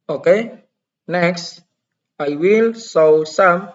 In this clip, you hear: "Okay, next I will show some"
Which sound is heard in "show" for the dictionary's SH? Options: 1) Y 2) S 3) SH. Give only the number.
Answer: 2